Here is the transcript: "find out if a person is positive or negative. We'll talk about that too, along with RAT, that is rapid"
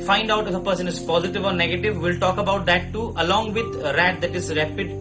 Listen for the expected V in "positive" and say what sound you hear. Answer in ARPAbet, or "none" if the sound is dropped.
V